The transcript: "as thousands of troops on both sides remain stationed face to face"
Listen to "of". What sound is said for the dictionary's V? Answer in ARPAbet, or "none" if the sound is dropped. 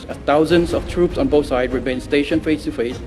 F